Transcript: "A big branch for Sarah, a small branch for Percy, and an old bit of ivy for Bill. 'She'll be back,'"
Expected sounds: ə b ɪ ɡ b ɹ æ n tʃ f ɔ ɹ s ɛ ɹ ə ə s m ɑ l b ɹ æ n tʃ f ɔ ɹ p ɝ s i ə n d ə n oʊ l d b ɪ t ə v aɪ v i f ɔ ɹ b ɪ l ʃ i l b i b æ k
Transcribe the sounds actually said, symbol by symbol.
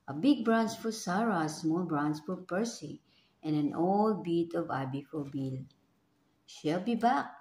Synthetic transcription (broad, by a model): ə b ɪ ɡ b ɹ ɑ n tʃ f ɔ ɹ s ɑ ɹ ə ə s m ɑ l b ɹ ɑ n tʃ f ɔ ɹ p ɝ s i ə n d ə n oʊ l d b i t ə v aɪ b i f ɔ ɹ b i l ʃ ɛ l b i b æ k